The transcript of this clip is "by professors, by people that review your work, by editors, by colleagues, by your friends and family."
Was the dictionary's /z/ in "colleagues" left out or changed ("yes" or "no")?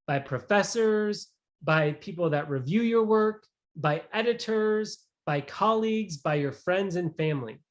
no